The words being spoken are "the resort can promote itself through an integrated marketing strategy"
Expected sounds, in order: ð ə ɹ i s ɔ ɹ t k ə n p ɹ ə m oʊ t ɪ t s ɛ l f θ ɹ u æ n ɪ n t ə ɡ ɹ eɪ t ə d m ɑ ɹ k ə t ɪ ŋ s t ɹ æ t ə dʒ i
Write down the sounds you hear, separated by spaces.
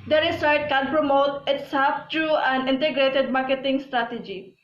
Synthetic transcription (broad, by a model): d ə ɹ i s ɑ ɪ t k ə n p ɹ ə m oʊ t ɪ t s ɛ l f t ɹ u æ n ɪ n t ə ɡ ɹ eɪ t ə d m ɑ ɹ k ə t ɪ ŋ s t ɹ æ t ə dʒ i